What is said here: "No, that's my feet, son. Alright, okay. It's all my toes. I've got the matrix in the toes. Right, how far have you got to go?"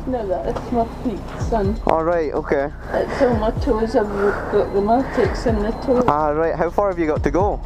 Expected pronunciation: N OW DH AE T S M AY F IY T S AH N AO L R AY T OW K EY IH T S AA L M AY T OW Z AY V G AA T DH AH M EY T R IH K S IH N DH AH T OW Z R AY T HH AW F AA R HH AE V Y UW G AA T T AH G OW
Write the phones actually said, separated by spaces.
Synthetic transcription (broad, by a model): N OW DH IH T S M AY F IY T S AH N AO L R AY T OW K EY IH T S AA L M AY T OW Z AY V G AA T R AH M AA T IH K S IH N DH AH T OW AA R AY T HH AW F AA R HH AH V Y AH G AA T T AH G OW